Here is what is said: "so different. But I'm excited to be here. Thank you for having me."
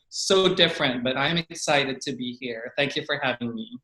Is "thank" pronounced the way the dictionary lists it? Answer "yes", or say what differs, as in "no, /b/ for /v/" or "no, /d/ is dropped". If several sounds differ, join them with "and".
yes